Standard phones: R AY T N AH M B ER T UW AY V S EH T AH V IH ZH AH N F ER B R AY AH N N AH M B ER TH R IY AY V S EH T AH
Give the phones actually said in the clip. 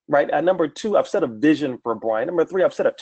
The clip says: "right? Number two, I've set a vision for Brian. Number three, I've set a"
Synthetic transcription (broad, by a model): R AY T N AH M B ER T UW AY V S EH T AH V IH ZH AH N F ER B R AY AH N N AH M B ER TH R IY AY V S EH T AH